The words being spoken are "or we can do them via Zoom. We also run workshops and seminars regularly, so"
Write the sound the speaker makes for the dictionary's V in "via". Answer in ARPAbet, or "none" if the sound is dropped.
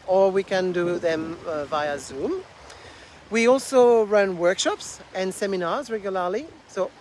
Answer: V